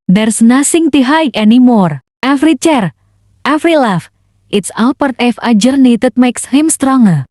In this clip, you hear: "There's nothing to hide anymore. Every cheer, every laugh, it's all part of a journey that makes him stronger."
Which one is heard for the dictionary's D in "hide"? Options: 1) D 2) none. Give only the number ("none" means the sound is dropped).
2